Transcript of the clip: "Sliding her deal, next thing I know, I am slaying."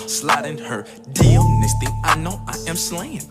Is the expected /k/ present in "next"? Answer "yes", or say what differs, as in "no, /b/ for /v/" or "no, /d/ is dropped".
no, /k/ is dropped